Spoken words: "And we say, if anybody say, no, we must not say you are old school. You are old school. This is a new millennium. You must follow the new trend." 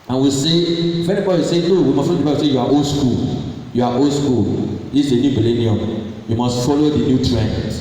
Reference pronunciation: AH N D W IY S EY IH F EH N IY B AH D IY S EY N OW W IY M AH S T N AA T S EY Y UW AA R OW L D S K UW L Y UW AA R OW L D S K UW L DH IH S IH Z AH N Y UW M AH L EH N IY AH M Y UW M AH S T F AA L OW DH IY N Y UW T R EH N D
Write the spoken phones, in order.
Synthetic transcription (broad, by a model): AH N W IY S EY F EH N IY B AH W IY S EY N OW W IY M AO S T L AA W S EY Y UW AA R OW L S K UW L Y UW AA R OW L S K UW L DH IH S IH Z AH N Y UW M AH L EH N IY AH M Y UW M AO S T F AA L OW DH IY N Y UW T R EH N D